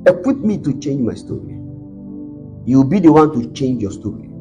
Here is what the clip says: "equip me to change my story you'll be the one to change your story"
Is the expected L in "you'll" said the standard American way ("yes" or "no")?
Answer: no